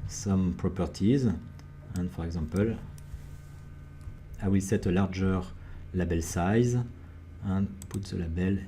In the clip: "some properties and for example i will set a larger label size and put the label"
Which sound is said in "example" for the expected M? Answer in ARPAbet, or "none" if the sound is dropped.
none